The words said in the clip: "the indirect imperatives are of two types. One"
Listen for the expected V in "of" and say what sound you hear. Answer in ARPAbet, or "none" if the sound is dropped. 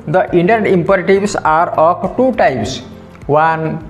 P